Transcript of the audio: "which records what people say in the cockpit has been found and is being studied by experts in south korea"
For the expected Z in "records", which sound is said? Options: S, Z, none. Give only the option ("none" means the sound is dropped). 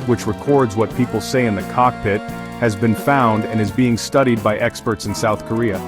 Z